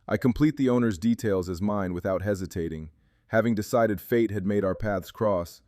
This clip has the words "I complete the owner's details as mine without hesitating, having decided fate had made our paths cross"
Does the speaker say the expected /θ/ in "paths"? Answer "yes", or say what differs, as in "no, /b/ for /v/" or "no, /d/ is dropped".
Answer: yes